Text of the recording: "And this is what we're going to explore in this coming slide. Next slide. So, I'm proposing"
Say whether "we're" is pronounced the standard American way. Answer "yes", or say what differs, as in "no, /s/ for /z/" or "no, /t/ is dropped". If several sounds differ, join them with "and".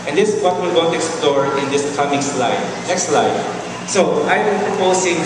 no, /l/ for /ɹ/